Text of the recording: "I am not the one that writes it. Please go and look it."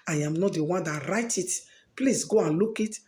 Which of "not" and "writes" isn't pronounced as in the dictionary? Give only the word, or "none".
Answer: writes